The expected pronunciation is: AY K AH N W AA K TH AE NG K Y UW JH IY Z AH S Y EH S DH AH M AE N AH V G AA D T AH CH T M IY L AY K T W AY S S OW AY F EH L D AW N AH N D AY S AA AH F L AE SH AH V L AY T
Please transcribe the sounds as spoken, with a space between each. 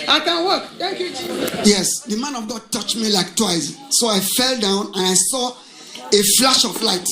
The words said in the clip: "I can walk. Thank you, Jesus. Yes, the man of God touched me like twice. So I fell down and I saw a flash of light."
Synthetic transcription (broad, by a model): AY K AH N W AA K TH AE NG K Y UW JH Y EH S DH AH M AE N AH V G AA D T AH CH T M IY L AY K T W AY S S OW AY F EH L D AW N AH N AY S AA AH F L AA SH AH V L AY T